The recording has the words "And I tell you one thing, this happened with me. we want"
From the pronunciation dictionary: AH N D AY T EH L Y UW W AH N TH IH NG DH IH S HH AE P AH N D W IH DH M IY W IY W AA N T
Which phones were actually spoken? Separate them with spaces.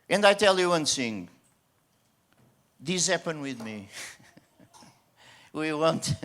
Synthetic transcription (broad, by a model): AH N D AY T EH L Y UW W AH N S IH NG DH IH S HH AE P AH N W IH DH M IY W IY W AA N T